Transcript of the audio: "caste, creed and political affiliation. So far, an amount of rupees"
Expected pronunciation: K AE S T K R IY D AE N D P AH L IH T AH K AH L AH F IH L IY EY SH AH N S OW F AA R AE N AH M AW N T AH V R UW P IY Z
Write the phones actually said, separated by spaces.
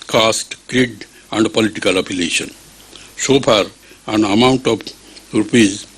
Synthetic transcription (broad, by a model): K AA S T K R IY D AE N D P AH L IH T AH K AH L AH P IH L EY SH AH N S OW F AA R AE N AH M AW N T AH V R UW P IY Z